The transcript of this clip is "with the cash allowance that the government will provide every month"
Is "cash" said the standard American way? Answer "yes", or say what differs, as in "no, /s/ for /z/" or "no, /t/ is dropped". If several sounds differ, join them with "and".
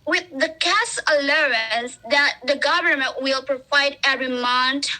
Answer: no, /s/ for /ʃ/